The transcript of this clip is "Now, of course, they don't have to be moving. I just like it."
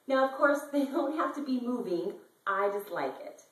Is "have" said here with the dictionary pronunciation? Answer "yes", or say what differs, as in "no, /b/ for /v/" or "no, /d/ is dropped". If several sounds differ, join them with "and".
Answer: no, /f/ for /v/